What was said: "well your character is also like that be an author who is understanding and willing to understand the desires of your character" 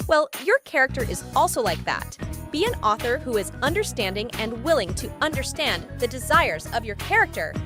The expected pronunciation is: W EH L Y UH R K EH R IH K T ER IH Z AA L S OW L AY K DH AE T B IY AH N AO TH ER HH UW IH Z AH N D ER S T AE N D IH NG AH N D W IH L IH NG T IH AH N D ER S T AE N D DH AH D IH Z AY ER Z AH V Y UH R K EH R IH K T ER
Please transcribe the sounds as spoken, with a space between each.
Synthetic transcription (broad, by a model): W EH L Y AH R K EH R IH K T ER IH Z AA L S OW L AY K DH AE T B IY AH N AO TH ER HH UW IH Z AH N D ER S T AE N D IH NG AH N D W IH L IH NG T IH AH N D ER S T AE N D DH AH D IH Z AY ER Z AH V Y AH R K EH R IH K T ER